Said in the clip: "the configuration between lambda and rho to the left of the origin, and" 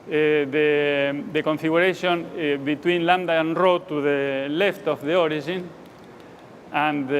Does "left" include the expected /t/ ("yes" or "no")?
yes